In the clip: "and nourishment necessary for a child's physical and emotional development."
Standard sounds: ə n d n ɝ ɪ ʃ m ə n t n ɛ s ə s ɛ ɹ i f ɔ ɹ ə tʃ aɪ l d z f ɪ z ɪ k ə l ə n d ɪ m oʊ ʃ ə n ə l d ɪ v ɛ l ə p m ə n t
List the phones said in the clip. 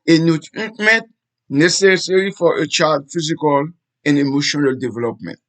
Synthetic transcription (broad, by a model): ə n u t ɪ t m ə n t n ɛ s ə s ɛ ɹ i f ɔ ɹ ə tʃ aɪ d f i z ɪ k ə l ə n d ɪ m oʊ ʃ ə n ə l d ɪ v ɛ l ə p m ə n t